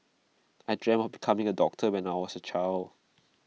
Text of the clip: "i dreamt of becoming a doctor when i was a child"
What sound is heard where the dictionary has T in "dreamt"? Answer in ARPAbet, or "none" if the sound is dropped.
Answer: none